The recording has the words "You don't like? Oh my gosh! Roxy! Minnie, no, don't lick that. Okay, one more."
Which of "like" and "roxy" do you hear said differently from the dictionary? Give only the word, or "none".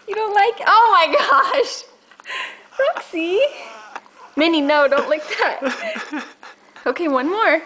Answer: roxy